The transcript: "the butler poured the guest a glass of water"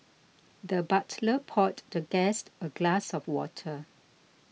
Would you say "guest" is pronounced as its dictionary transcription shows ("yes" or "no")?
yes